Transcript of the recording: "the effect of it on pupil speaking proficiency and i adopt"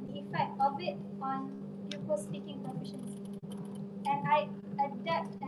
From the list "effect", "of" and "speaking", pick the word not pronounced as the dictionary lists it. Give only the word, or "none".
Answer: of